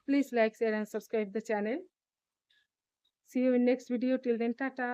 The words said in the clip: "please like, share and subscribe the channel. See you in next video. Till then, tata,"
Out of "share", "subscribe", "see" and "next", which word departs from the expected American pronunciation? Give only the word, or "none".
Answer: share